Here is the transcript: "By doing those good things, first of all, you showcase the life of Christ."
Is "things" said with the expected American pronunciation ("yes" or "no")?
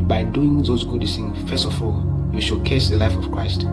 no